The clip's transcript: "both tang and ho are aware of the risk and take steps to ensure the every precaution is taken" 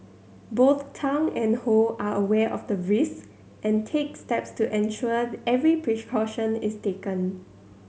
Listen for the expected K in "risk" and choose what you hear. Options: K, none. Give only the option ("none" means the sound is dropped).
none